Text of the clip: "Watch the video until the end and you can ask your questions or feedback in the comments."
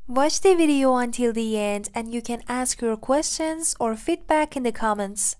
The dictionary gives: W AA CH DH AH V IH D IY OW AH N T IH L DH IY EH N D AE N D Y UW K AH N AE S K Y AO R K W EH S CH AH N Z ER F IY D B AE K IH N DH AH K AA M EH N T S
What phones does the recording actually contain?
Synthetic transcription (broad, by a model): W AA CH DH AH V IH D IY OW AH N T IH L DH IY EH N D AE N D Y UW K AH N AE S K Y AO R K W EH S CH AH N Z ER F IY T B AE K IH N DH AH K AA M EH N T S